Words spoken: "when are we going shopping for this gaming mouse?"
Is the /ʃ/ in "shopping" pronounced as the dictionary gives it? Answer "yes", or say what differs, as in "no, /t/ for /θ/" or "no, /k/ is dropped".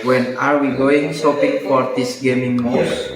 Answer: no, /s/ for /ʃ/